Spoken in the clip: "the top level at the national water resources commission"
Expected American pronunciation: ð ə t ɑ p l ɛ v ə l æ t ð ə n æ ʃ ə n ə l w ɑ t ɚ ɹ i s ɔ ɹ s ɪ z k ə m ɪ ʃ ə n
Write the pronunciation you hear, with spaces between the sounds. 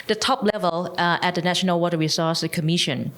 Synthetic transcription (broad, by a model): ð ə t ɑ p l ɛ v ə l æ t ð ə n æ ʃ ə n ə l w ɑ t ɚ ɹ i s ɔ s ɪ k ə m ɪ ʃ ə n